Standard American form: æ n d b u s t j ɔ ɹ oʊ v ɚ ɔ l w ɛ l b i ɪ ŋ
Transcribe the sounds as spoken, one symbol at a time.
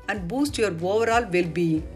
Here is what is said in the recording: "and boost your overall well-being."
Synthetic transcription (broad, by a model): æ n d b u s t j ɔ ɹ oʊ v ɚ ɔ l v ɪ l b i